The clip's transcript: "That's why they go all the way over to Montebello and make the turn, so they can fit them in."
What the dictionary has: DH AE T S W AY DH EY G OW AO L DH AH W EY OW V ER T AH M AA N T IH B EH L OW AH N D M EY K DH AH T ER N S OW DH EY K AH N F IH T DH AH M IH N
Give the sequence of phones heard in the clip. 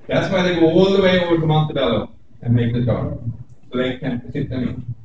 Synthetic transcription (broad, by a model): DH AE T S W AY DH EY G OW AO L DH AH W EY OW V ER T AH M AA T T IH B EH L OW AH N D M EY K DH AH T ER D S OW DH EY K AH N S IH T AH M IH